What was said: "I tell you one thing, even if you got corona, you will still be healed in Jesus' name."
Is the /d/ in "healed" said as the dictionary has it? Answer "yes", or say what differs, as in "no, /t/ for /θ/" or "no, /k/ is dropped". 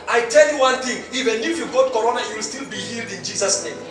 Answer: yes